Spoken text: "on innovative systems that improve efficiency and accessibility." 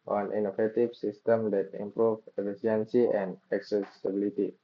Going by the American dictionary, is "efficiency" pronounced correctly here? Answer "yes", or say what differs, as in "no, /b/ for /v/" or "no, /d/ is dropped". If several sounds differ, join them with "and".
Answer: no, /s/ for /ʃ/